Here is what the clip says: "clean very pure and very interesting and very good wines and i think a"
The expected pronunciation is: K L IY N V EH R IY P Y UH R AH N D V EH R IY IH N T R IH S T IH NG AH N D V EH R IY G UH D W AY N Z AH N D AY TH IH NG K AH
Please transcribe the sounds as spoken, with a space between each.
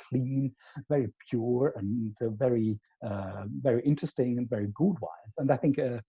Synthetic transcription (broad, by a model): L IY N V EH R IY P Y UH R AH N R V EH R IY IH N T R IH S T IH NG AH N V EH R IY G UH D W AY Z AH N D AY TH IH NG K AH